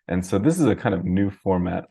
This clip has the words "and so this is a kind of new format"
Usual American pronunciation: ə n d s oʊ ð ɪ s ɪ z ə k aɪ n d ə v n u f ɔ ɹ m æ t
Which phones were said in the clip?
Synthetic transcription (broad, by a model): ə n s oʊ ð ɪ s ɪ z ə k aɪ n d ə v n u f ɔ ɹ m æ t